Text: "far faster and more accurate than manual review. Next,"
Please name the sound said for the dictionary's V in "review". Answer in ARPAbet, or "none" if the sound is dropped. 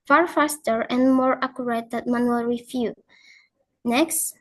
F